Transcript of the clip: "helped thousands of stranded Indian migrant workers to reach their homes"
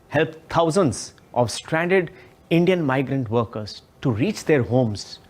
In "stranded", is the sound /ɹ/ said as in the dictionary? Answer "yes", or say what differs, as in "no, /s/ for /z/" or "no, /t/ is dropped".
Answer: yes